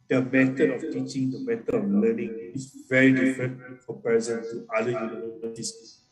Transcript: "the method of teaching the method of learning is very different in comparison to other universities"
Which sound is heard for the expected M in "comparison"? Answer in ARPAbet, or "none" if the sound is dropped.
none